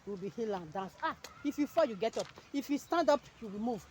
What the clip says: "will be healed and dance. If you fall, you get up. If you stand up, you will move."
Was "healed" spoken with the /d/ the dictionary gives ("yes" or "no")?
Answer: no